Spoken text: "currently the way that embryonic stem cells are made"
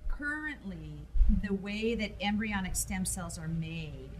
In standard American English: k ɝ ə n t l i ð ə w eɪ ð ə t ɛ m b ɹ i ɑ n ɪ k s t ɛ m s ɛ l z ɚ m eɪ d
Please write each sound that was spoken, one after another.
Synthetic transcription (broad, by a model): k ɝ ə n t l i ð ə w eɪ ð ə t ɛ m b ɹ i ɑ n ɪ k s t ɛ m s ɛ l z ɚ m eɪ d